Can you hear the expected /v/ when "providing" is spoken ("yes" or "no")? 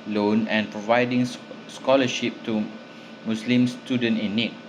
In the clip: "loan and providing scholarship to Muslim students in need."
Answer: yes